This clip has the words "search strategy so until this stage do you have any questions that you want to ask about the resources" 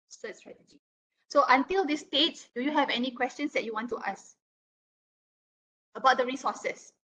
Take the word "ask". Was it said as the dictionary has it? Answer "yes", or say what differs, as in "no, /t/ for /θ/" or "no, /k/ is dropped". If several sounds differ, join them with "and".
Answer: no, /k/ is dropped